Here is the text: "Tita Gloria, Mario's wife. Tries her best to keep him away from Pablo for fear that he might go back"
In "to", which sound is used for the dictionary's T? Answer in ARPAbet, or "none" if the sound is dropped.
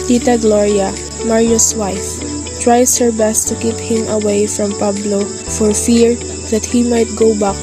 T